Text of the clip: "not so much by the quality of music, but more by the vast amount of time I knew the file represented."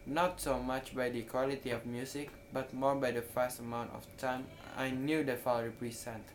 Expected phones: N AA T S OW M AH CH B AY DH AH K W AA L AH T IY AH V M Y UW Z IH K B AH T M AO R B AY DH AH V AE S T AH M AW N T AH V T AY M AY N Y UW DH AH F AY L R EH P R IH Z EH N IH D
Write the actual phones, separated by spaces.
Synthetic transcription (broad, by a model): N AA T S OW M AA CH B AY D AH K W AA L AH T IY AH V M Y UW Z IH K B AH T M AO R B AY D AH F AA S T AH M AW N T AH F T AY M AY N Y UW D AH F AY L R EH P R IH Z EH N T